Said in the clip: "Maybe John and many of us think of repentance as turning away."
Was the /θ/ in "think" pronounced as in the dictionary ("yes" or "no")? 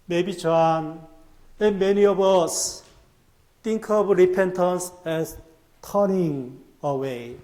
no